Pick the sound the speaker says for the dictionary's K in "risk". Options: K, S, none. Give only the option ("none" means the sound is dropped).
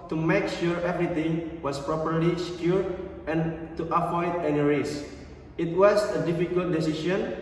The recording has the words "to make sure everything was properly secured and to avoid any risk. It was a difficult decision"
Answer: none